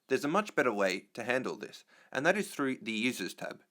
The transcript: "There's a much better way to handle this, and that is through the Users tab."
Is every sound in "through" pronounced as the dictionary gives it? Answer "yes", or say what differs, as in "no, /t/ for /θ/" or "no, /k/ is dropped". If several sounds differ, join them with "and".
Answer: yes